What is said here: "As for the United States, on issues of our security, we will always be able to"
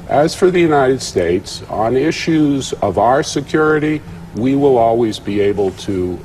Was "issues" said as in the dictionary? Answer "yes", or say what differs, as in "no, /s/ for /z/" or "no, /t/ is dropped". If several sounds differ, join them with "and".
yes